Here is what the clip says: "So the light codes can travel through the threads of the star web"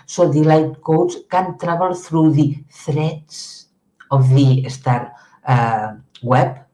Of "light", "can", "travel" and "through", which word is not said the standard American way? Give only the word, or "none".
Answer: travel